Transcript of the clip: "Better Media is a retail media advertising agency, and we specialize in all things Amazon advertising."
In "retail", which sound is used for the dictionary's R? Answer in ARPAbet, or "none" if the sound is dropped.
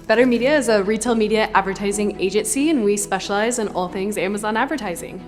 R